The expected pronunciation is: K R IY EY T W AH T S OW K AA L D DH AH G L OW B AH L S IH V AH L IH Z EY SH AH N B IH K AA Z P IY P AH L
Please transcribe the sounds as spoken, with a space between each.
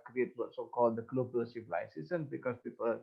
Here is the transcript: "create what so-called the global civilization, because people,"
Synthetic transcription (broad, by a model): K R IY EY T W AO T S OW K AA L D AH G L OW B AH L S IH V L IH S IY S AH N B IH K AA S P IY P AH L